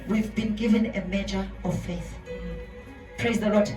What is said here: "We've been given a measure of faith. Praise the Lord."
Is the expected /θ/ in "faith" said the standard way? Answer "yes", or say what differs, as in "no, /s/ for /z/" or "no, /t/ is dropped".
yes